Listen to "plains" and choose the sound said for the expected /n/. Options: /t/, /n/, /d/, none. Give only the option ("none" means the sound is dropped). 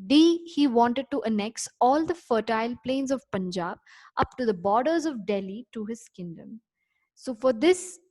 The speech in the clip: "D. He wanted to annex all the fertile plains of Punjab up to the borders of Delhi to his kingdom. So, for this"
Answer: /n/